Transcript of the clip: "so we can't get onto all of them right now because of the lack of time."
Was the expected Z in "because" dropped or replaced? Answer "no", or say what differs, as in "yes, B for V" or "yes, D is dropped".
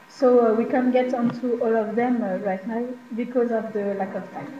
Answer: no